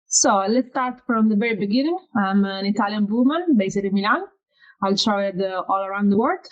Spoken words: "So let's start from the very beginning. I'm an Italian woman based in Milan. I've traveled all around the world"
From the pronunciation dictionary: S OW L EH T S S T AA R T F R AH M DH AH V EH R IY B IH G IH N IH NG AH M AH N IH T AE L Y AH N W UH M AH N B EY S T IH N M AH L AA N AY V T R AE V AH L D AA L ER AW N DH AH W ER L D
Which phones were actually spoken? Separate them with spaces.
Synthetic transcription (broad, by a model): S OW L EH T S S T AA R T F R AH M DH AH V EH R IY B IH G IH N IH NG AH M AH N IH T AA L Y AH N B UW M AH N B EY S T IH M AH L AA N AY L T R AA AH D AA L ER AW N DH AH W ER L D